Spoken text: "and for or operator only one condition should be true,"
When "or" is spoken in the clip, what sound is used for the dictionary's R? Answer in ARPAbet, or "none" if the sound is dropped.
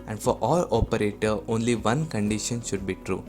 L